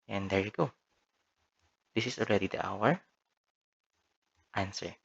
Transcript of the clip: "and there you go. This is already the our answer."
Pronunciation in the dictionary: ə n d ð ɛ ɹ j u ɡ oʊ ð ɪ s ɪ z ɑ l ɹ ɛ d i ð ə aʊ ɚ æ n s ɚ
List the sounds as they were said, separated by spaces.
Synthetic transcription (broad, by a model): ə n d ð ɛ ɹ j u ɡ oʊ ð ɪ s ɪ s ɑ l ɹ ɛ d i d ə aʊ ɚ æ n s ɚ